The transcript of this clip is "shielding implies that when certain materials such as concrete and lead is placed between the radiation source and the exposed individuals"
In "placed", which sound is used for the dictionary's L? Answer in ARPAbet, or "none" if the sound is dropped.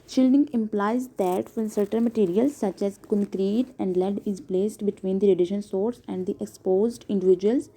L